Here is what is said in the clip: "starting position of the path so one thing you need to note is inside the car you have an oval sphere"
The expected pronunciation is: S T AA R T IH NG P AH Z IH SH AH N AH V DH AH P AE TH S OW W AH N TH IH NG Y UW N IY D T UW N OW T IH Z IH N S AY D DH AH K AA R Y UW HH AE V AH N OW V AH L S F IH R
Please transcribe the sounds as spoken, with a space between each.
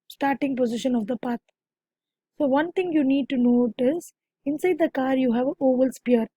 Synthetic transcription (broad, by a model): S T AA R T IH NG P AH Z IH SH AH N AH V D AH P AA T S OW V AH N T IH NG Y UW N IY D T UW N OW T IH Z IH N S AY D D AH K AA R Y UW HH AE V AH OW V AH L S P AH R